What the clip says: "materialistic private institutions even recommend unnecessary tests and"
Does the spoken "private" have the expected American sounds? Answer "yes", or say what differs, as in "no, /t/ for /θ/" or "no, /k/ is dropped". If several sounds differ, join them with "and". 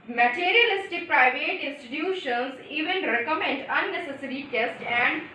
yes